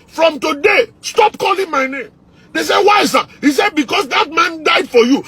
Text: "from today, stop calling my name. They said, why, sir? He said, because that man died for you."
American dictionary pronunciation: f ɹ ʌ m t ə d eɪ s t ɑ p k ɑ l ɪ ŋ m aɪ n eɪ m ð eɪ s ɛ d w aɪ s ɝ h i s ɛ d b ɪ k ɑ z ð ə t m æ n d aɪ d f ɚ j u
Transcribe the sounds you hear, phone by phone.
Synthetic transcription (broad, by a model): f ɹ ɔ m t ə d eɪ s t ɑ p k ɑ l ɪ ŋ m aɪ n eɪ m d eɪ s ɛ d w aɪ s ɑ h i s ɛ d b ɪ k ɑ s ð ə t m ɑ n d aɪ d f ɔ j u